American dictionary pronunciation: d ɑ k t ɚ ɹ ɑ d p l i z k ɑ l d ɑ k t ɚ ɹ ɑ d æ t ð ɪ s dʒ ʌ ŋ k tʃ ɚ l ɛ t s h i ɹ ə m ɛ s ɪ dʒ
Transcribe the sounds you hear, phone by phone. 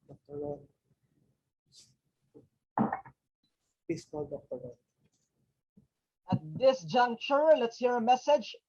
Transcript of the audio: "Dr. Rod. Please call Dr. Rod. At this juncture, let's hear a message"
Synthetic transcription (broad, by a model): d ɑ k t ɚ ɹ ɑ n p i s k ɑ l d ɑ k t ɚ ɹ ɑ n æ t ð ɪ s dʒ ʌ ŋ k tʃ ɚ l ɛ t s h i ɹ ə m ɛ s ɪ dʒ